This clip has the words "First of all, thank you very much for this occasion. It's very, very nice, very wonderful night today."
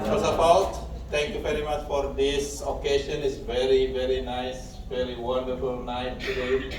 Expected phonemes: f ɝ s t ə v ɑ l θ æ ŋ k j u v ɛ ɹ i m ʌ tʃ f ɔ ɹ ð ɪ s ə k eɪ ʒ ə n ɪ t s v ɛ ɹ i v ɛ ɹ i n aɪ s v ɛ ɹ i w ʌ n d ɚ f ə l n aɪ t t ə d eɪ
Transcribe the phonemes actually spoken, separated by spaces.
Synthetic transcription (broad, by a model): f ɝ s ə p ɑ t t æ ŋ k j u v ɛ ɹ i m ʌ tʃ f ɔ ɹ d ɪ s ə k eɪ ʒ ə n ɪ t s v ɛ ɹ i v ɛ ɹ i n aɪ s v ɛ ɹ i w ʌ n d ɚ f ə l n aɪ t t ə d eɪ